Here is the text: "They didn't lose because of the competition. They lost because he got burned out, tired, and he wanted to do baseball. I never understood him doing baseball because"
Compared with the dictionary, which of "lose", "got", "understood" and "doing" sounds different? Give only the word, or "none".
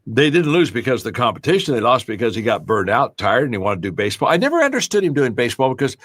none